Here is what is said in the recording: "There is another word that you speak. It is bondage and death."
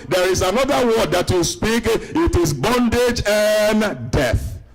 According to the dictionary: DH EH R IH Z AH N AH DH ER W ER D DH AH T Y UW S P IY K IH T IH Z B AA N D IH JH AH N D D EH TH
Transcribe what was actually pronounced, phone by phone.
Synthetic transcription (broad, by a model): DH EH R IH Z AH N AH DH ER W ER D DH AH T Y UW S P IY K IH T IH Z B AA N D IH JH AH N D D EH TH